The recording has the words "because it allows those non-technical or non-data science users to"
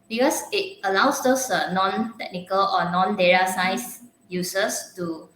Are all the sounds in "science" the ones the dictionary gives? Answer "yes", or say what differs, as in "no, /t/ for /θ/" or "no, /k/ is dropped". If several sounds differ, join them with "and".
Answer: no, /n/ is dropped